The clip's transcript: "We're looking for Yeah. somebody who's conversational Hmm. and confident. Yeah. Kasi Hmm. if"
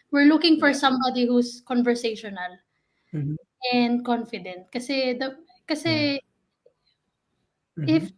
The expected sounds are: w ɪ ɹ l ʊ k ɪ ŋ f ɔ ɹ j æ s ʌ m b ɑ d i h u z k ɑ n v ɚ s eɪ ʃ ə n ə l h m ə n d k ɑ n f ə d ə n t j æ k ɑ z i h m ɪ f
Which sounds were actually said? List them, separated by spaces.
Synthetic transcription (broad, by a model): w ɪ ɹ l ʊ k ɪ ŋ f ɔ ɹ s ʌ m b ɑ d i h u s k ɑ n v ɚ s eɪ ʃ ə n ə l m ə n d k ɑ n f ə d ə n t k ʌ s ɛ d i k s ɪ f